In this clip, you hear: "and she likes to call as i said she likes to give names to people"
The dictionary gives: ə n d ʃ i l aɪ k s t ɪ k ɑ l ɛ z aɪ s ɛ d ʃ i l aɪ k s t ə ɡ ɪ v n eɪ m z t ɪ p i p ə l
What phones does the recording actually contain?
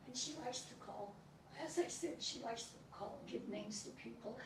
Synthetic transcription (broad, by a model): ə n ʃ i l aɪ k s t ɪ k ɑ l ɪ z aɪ θ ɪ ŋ ʃ i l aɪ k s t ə ɡ ɪ v n eɪ m z t ɪ p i p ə l